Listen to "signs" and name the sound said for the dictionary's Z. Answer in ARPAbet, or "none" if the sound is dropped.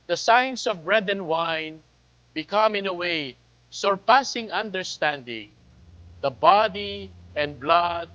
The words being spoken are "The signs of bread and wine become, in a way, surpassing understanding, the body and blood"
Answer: S